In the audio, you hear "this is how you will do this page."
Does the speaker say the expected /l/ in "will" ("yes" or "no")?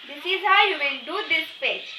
no